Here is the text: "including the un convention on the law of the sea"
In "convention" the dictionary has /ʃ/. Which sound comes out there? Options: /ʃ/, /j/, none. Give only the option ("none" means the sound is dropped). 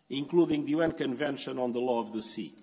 /ʃ/